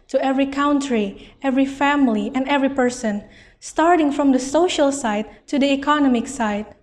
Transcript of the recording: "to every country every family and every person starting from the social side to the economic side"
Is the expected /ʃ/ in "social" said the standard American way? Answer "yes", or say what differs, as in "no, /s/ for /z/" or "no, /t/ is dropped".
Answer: yes